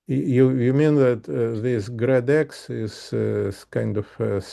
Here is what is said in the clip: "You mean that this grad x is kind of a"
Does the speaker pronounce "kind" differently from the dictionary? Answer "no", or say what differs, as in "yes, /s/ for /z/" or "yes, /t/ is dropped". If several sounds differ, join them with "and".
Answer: no